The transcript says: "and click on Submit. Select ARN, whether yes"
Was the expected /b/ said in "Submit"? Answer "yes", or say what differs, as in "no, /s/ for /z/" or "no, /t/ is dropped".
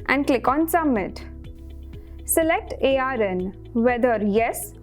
no, /b/ is dropped